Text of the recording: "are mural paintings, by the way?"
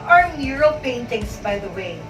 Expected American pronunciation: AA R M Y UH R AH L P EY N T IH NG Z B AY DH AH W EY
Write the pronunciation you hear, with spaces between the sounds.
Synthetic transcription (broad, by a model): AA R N Y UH R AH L P EY N T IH NG S B AY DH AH W EY